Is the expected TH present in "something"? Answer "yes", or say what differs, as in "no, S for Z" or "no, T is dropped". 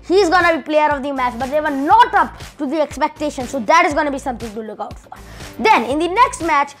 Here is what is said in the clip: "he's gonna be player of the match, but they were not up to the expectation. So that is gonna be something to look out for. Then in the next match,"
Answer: no, T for TH